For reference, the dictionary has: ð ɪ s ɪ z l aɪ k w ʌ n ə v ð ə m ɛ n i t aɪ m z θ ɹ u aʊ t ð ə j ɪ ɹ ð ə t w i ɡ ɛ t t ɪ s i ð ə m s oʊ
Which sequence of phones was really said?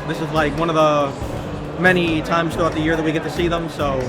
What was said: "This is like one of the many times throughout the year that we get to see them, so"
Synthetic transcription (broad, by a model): ð ɪ s ɪ z l aɪ k w ʌ n ə v ð ə m ɛ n i t aɪ m z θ u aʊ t ð ə j ɪ ɹ ð ə t w i ɡ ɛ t t ɪ s i ð ə m s oʊ